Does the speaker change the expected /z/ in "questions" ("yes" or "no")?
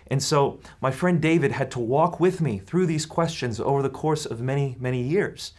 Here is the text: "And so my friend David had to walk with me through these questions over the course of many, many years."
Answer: no